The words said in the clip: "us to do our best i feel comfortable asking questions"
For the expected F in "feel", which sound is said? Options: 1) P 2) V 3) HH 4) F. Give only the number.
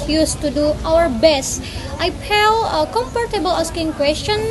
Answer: 1